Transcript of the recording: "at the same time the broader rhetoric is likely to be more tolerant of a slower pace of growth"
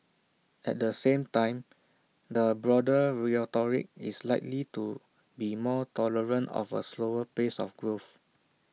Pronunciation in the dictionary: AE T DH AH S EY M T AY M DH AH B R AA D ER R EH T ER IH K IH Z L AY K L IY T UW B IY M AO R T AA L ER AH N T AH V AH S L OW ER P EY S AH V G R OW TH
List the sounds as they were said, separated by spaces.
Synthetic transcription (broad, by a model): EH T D AH S EY M T AY M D AH B R AA D ER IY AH T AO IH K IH S L AY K L IY T UW B IY M AO T AA L ER AH N T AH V AH S L OW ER P EY S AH F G R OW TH